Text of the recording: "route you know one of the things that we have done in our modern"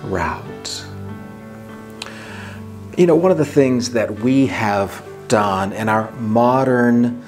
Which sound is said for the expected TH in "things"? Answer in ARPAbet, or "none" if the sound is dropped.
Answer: TH